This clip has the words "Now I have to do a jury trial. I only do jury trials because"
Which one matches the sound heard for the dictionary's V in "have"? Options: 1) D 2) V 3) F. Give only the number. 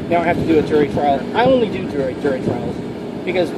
3